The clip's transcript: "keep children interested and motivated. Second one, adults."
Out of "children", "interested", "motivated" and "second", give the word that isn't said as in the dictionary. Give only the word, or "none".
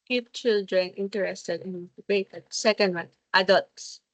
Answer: motivated